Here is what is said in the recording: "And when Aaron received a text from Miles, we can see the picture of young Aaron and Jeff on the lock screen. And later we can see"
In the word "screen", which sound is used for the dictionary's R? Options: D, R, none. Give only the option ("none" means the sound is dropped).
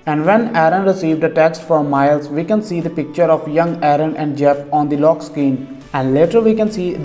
none